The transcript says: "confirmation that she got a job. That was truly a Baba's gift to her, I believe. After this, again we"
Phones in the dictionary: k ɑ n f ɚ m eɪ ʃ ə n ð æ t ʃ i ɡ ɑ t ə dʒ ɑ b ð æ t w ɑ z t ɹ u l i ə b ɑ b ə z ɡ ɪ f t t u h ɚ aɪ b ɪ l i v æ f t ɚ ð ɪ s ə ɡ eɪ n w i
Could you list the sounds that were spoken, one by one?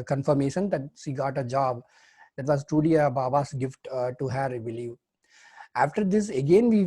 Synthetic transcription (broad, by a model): k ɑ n f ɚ m eɪ ʃ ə n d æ t ʃ i ɡ ɑ t ə dʒ ɑ b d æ t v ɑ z t ɹ u l i ə b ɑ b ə s ɡ ɪ f t t u h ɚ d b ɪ l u æ f t ɚ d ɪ s ə ɡ eɪ n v i